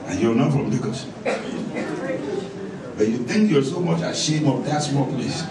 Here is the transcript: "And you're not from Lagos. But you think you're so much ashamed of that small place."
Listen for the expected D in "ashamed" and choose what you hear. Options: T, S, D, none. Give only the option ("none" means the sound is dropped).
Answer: none